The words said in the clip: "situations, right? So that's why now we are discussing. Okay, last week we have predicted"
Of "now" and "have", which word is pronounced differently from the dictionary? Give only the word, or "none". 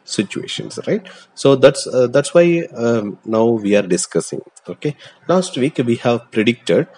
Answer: none